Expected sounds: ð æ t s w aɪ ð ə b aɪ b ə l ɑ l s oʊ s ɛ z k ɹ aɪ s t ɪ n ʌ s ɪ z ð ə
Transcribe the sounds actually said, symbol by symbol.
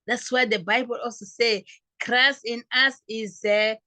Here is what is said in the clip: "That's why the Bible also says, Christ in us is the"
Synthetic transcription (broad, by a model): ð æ t s w aɪ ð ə b aɪ b ə l ɑ l s oʊ s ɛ k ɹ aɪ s ɪ n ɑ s ɪ z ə